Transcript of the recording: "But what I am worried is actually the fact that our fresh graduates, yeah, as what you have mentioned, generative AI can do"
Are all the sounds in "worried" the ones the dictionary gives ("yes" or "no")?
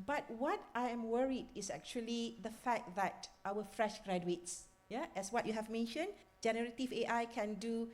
yes